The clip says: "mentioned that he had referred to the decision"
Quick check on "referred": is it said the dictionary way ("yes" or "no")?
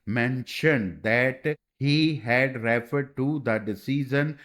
yes